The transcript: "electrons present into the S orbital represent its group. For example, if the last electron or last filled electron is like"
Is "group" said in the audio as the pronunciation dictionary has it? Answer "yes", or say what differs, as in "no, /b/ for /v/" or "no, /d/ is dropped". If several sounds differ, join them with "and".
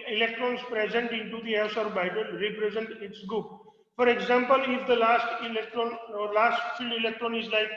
no, /ɹ/ is dropped